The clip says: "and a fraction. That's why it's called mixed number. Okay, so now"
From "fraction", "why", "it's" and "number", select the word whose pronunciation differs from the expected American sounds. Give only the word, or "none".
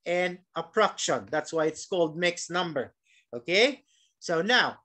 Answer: fraction